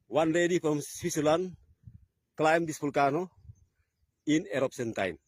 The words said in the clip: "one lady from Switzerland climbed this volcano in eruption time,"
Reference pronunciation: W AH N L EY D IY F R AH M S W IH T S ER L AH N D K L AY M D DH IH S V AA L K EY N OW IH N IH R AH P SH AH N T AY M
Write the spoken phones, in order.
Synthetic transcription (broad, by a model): W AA N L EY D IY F R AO M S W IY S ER L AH N K L AY M D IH S P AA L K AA N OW IH N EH R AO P S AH N T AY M